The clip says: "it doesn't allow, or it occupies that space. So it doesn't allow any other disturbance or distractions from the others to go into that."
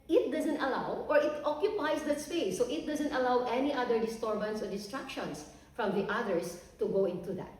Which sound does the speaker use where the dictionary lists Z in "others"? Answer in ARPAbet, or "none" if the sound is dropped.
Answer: S